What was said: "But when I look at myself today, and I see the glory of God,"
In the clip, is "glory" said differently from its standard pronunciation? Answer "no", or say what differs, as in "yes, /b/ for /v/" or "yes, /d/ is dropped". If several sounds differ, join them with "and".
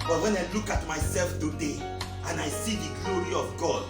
no